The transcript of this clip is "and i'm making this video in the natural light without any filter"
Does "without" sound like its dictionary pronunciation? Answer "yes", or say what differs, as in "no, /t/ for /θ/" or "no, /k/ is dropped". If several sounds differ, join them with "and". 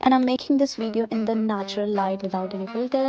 no, /t/ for /θ/